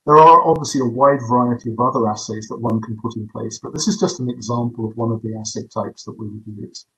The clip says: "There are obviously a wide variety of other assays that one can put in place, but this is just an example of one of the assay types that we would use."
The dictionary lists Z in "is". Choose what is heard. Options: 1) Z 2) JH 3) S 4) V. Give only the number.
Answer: 1